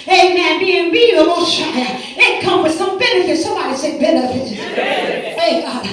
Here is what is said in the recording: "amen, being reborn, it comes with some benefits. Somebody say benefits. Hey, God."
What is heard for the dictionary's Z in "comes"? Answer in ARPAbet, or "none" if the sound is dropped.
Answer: none